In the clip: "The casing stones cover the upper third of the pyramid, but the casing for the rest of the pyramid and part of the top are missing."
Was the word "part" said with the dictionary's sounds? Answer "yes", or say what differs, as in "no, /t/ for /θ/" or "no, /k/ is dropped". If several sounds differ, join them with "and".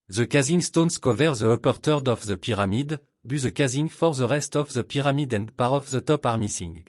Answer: no, /t/ is dropped